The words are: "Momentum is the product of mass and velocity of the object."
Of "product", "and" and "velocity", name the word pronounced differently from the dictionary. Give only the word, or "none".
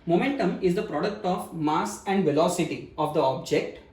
none